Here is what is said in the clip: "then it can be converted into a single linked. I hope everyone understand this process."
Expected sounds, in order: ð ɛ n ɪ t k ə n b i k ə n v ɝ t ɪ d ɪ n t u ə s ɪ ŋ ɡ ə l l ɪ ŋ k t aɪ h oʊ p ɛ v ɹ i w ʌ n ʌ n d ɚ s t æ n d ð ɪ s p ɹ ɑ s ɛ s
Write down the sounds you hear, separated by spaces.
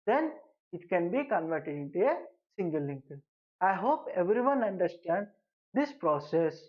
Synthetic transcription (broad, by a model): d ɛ n ɪ t k ə n b i k ə n v ɝ t ɪ d ɪ n t u ə s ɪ ŋ ɡ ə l l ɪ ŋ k aɪ h oʊ p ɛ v ɹ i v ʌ n ʌ n d ɚ s t æ n d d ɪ s p ɹ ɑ s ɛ s